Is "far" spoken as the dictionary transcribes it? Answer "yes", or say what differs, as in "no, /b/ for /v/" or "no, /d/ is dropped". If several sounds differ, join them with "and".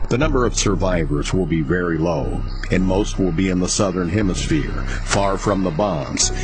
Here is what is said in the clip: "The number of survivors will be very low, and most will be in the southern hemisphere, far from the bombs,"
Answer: yes